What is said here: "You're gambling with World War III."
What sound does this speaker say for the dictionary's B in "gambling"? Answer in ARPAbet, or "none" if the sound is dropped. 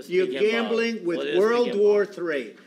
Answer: B